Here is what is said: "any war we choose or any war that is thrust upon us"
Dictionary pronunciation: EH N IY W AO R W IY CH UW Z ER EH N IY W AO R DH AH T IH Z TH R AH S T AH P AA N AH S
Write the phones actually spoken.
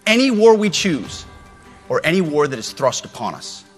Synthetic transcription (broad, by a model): EH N IY W AO R W IY CH UW Z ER EH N IY W AO R DH AH T IH Z TH R AH S T AH P AA N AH S